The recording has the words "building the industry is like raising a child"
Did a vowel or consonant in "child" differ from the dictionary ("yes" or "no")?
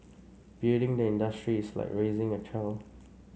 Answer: yes